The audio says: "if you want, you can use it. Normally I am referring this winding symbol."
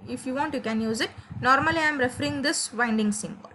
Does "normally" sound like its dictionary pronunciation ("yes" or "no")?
yes